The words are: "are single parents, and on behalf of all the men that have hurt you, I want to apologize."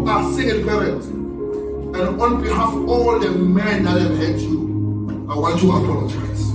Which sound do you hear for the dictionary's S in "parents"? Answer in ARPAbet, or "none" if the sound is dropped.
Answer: none